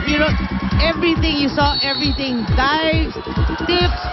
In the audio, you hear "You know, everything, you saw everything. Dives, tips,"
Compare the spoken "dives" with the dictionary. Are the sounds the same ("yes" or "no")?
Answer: no